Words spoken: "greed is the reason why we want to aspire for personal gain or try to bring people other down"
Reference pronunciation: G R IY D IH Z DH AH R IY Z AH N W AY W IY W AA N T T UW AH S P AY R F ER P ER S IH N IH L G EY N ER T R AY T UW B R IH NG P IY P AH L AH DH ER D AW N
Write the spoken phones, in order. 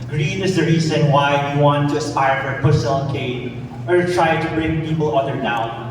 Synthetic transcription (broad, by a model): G R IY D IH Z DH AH R IY Z AH N W AY W IY W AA N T T UW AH S P AY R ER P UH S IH L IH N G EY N ER T R AY T UW B R IH NG P IY P AH L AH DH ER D AW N